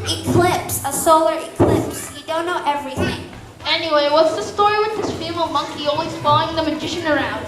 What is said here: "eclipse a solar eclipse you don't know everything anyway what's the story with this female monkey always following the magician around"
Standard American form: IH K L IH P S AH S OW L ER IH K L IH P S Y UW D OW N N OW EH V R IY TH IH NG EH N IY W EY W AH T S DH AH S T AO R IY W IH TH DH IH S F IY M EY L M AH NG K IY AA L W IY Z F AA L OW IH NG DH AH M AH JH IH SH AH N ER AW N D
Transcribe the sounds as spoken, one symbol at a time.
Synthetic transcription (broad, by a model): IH K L IH P S AH S OW L ER IH K L IH P S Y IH D OW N N OW EH V R IY TH IH NG EH N IY W EY W AH T S DH AH S T AO R IY W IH DH IH S F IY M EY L M AH NG K IY AA L W IY Z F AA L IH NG DH AH M AH JH IH SH AH N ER AW N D